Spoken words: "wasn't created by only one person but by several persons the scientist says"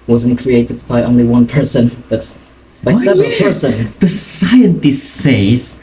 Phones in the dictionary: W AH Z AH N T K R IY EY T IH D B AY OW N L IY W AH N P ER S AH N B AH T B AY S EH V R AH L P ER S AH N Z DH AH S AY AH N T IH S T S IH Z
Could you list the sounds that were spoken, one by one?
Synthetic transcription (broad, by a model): W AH Z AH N K R IY EY T IH D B AY OW N L IY W AH N P ER S AH N B AH T B AY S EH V AH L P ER S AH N DH AH S AY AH N T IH S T S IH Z